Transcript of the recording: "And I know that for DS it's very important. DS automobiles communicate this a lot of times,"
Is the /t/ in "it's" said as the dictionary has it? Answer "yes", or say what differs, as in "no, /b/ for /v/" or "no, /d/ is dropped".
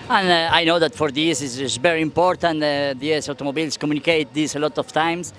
no, /s/ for /t/